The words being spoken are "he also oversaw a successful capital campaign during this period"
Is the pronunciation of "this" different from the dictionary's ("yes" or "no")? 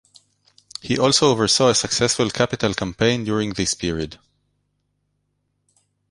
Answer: no